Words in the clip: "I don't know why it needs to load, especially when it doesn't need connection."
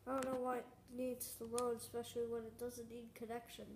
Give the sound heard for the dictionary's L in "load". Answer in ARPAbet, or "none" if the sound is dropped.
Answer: W